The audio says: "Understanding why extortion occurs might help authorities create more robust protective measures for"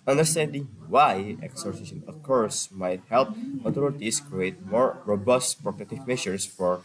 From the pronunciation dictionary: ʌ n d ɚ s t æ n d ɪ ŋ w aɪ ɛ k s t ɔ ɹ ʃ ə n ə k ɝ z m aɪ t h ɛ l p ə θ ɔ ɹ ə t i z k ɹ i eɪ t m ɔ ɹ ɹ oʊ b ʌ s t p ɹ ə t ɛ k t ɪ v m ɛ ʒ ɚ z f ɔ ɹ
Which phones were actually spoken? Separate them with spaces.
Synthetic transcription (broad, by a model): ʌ n d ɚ s t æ n d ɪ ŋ w aɪ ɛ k s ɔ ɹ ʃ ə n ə k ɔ s m aɪ t h ɛ l p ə t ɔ ɹ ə t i s k ɹ i eɪ t m ɔ ɹ ɹ oʊ b ʌ s t p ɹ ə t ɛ t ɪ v m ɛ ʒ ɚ s f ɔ ɹ